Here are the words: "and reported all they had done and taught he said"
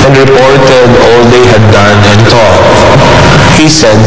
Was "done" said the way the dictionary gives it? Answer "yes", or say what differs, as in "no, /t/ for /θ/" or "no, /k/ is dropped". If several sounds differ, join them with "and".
yes